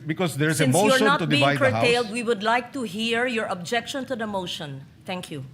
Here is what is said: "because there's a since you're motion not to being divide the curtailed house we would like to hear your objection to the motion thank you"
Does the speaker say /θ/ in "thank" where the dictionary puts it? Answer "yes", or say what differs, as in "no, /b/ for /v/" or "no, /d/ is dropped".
no, /t/ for /θ/